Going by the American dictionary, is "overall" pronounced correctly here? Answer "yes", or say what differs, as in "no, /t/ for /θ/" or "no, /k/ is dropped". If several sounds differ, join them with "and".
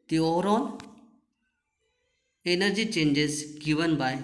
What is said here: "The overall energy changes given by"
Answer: no, /n/ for /l/